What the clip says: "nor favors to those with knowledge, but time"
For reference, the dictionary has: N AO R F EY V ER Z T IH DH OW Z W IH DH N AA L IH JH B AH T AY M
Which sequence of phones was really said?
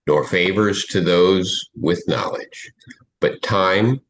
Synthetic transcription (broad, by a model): N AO R F EY V ER Z T IH DH OW Z W IH DH N AA L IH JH B AH T AY M